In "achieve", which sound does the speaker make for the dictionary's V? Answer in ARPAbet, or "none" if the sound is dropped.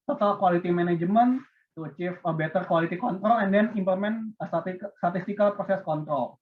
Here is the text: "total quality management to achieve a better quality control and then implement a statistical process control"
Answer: F